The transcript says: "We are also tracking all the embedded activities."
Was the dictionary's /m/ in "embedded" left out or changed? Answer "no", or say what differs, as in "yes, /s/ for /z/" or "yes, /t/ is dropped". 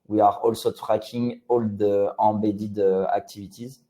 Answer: yes, /m/ is dropped